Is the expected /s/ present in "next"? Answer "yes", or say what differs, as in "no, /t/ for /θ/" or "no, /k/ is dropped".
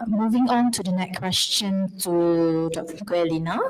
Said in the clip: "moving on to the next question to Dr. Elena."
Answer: no, /s/ is dropped